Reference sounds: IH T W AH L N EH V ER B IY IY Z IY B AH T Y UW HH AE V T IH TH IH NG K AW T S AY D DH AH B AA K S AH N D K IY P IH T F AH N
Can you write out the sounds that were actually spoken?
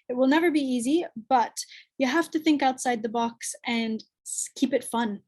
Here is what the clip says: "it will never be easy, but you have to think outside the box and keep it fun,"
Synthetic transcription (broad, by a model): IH T W AH L N EH V ER B IY IY Z IY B AH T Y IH HH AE F T IH TH IH NG K AW T S AY D DH AH B AA K S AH N K IY P IH T F AH N